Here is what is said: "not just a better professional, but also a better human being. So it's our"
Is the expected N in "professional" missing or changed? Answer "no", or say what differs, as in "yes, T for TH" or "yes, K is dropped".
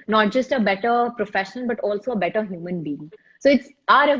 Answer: yes, N is dropped